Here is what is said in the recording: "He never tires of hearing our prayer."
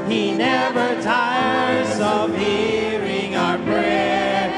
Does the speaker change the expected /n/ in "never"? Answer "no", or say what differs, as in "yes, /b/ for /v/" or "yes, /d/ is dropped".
no